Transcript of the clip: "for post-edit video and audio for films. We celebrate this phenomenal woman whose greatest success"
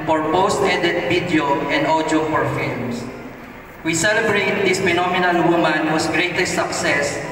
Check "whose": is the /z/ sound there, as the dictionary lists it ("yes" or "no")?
no